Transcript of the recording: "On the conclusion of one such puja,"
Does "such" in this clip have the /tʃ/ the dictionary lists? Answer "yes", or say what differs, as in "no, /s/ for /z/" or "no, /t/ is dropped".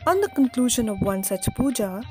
yes